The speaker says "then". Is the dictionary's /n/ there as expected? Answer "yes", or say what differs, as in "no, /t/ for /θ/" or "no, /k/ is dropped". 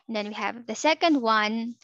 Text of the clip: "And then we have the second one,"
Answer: yes